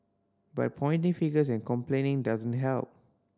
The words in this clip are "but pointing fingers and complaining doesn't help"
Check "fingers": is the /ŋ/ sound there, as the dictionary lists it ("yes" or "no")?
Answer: no